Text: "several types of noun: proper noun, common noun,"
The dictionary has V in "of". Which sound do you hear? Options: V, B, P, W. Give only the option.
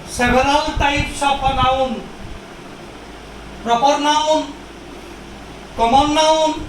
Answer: P